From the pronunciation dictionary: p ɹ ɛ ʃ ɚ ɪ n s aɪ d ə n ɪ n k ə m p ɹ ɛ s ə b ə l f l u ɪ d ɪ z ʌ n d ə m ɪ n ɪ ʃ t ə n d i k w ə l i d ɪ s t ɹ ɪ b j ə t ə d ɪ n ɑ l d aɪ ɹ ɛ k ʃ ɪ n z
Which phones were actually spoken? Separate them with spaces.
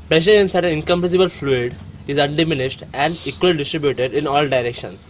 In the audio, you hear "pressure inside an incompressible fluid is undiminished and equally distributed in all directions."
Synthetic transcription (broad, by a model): p ɹ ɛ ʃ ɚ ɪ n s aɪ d ə n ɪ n k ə m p ɛ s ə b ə l f l u ɪ d ɪ z ʌ n d ə m ɪ n ɪ ʃ t ə n d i k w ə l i d ɪ s t ɹ ɪ b j ə t ə d ɪ n ɑ l d aɪ ɹ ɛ k ʃ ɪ n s